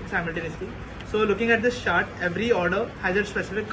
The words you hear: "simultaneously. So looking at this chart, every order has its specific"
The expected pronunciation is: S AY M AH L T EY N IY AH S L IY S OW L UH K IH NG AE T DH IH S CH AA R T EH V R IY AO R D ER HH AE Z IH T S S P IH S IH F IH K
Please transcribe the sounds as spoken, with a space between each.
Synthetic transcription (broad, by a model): S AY M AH L T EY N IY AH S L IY S OW L UH K IH NG AE T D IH S SH AA R T EH V R IY AO R D ER HH AE Z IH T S S P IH S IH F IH K